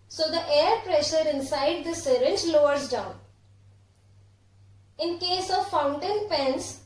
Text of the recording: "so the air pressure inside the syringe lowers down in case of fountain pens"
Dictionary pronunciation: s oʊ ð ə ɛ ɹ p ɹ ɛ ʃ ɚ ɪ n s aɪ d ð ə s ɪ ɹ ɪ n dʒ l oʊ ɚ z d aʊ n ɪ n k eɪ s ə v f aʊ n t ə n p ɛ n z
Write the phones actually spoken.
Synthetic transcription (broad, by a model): s oʊ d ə ɛ ɹ p ɹ ɛ ʃ ɚ ɪ n s aɪ d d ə s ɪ ɹ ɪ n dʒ l oʊ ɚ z d aʊ n ɪ n k eɪ s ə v f aʊ n t ə n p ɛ n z